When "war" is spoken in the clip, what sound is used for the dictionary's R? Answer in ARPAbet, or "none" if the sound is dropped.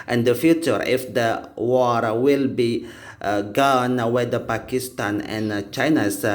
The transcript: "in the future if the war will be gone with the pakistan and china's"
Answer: R